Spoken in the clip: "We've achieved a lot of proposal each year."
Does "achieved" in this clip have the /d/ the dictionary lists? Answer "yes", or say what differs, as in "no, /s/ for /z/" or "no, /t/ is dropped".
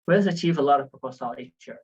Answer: no, /d/ is dropped